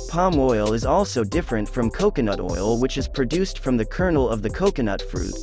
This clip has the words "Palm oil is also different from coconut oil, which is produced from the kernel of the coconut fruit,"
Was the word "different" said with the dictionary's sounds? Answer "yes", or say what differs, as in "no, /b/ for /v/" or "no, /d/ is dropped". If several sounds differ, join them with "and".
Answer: yes